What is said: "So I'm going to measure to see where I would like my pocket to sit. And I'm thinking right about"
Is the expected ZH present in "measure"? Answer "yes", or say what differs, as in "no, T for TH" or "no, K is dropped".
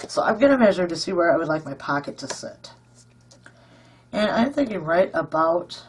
yes